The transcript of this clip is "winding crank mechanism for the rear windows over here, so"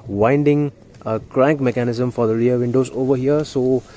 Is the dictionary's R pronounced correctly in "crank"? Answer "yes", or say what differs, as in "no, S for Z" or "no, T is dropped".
yes